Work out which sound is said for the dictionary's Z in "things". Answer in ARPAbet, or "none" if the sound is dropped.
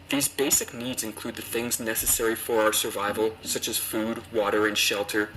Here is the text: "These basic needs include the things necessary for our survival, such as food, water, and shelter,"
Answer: Z